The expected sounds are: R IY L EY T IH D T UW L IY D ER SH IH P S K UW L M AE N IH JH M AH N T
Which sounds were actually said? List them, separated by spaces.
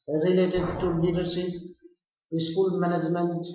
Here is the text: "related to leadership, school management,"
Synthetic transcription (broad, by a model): R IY L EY T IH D T UW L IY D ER S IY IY S K UW L M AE N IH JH M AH N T